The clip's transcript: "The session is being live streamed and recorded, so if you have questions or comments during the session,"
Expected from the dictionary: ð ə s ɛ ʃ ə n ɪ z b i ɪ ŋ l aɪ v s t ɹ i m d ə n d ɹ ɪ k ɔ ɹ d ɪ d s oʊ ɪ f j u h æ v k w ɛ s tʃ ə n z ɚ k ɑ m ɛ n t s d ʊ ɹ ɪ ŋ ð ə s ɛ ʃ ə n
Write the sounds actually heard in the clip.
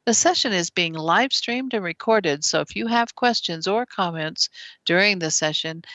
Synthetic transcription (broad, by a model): ð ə s ɛ ʃ ə n ɪ z b i ɪ ŋ l aɪ v s t ɹ i m d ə n ɹ ɪ k ɔ ɹ d ɪ d s oʊ ɪ f j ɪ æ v k w ɛ s tʃ ə n z ɚ k ɑ m ɛ n t s d ʊ ɹ ɪ ŋ ð ə s ɛ ʃ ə n